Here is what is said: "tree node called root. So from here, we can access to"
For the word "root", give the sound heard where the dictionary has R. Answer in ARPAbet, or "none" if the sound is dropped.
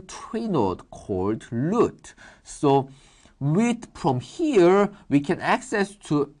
L